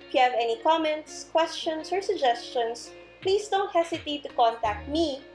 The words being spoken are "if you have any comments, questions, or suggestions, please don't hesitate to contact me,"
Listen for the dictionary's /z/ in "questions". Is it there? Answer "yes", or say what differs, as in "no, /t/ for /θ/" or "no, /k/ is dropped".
no, /s/ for /z/